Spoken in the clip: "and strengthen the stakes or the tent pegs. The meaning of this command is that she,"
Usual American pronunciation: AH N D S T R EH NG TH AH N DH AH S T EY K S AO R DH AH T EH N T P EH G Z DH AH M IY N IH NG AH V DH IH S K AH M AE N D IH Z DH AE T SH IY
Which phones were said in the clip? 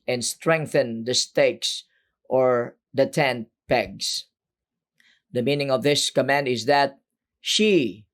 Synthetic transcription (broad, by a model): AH N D S T R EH NG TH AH N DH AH S T EY K S AO R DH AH T EH N T P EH G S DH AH M IY N IH NG AH V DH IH S K AH M AE N D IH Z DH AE T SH IY